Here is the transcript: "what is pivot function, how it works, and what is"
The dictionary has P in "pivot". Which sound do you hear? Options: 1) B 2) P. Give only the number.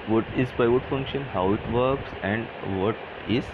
1